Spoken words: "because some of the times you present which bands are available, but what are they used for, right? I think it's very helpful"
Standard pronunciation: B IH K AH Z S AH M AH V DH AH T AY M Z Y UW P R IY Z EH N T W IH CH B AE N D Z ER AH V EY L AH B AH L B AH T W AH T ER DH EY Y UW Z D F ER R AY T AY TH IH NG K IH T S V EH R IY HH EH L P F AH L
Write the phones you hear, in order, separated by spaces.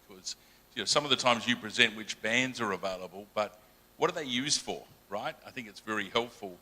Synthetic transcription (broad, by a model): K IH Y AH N S AH M AH V DH AH T AY M Z Y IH P R IY Z EH N T W IH CH B AE N D Z ER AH V EY L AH B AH L B AH T W AH T ER DH EY Y UW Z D F ER R AY T AY TH IH NG K IH T S V EH R IY HH EH L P F L